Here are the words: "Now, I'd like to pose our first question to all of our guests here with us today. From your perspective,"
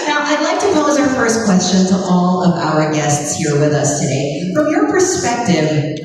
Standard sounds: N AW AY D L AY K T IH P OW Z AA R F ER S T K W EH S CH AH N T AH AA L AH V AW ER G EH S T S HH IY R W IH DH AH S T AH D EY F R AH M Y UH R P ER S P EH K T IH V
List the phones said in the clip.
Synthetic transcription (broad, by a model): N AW AY D L AY K T IH P OW Z AA R F ER S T K W EH S CH AH N T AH AA L AH V AW ER G EH S T S HH IY R W IH DH AH S T AH D EY F R AH M Y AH R P ER S P EH K T IH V